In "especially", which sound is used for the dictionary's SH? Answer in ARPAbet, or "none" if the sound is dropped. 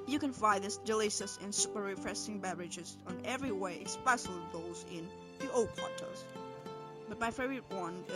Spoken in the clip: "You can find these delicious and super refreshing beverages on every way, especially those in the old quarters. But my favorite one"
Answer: S